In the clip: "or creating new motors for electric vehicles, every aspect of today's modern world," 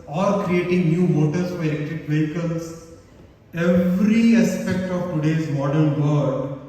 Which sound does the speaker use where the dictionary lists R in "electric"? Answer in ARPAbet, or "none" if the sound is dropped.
none